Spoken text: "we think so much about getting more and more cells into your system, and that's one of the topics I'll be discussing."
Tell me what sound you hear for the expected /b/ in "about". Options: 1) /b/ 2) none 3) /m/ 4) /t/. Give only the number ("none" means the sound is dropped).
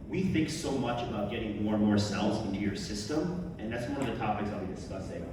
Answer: 1